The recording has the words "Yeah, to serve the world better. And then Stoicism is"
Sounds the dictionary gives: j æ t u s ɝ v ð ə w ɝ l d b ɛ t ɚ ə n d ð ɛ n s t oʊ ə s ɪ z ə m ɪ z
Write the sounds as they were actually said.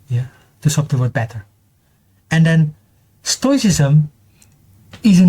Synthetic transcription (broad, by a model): j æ t u s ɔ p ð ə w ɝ d b ɛ t ɚ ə n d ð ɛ n s t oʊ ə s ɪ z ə m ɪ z